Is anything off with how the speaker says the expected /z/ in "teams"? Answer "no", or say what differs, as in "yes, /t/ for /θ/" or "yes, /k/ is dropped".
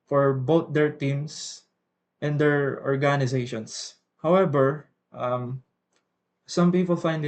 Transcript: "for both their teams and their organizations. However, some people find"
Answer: yes, /s/ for /z/